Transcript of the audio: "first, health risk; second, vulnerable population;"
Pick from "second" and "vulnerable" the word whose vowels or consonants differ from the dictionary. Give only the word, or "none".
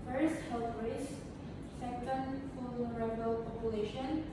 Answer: vulnerable